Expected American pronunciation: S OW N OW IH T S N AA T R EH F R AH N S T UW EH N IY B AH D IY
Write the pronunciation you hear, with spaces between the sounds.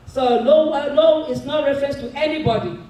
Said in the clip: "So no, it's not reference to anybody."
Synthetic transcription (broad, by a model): S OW L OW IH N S N AA T R EH F R AH N S T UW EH N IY B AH D IY